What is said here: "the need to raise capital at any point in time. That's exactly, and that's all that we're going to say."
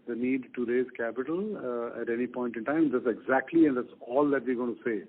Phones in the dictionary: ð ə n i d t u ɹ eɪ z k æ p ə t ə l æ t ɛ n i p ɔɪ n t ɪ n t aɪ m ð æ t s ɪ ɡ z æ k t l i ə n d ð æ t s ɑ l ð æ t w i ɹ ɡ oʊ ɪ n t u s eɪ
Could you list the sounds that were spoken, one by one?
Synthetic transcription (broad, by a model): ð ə n i d t u ɹ eɪ z k æ p ə t ə l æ t ɛ n i p ɔɪ n t ɪ n t aɪ m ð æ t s ɪ ɡ z æ k t l i ə n d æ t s ɑ l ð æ t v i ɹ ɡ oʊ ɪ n t u s eɪ